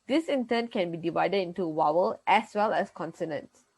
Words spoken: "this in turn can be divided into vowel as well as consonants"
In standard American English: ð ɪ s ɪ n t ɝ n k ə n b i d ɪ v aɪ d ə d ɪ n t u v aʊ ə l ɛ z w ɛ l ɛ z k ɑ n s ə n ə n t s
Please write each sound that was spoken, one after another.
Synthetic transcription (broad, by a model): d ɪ s ɪ n t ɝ n k ə n b i d ɪ v aɪ d ə d ɪ n t u w aʊ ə l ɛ s w ɛ l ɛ s k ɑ n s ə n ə n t s